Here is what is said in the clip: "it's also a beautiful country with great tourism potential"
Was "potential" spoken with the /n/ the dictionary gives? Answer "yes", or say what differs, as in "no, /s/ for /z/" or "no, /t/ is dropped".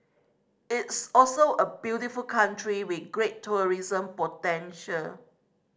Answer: yes